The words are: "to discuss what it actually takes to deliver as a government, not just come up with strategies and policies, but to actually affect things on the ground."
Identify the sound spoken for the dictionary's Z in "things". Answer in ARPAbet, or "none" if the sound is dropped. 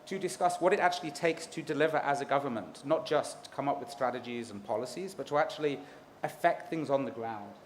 Z